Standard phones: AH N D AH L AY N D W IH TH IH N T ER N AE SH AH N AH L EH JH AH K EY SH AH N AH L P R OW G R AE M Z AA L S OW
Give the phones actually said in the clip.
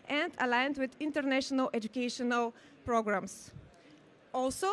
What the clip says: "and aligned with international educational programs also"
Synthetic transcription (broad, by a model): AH N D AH L AY N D W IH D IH N T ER N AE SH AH N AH L EH JH AH K EY SH AH N AH L P R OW G R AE M S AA L S OW